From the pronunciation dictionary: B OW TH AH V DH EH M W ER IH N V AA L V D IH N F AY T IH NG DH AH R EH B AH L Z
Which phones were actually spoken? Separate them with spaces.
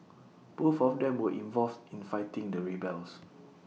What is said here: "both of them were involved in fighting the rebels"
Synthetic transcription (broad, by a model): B OW F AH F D EH M W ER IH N V AA L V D IH N F AY T IH NG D AH R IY B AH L S